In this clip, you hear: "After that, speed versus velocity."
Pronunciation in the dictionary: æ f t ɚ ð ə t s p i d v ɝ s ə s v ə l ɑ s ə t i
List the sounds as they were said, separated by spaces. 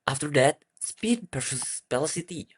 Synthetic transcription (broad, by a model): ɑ f t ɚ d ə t s p i d p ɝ ʃ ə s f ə l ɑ s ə t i